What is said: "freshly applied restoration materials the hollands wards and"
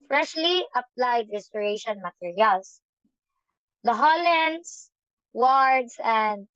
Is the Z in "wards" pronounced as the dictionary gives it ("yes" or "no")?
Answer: no